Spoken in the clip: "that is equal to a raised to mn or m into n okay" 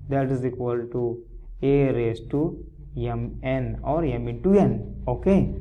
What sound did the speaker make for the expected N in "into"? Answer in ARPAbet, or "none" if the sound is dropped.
none